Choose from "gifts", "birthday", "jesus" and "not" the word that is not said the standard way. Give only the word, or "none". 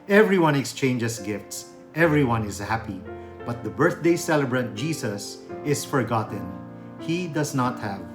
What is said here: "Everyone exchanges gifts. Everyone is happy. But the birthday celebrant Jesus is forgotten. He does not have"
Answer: jesus